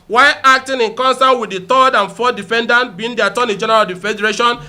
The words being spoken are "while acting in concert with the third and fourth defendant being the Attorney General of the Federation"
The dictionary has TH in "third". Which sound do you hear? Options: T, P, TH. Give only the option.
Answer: T